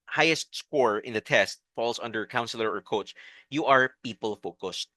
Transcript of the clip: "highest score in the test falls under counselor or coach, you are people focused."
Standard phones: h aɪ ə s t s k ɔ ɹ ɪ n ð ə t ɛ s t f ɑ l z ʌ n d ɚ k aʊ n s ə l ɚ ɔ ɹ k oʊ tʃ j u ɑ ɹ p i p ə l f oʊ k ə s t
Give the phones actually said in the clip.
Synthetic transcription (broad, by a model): h aɪ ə s t s k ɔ ɹ ɪ n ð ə t ɛ s t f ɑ l s ʌ n d ɚ k aʊ n s ə l ɚ ɔ ɹ k oʊ tʃ j u ɑ ɹ p i p ə l f oʊ k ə s t